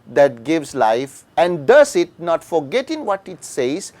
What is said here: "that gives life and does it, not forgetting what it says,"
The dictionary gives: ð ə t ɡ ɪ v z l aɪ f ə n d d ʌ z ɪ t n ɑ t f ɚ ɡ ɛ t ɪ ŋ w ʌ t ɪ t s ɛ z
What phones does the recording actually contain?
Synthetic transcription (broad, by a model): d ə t ɡ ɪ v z l aɪ f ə n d d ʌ s ɪ t n ɑ t f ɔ ɡ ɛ t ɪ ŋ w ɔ t ɪ t s ɛ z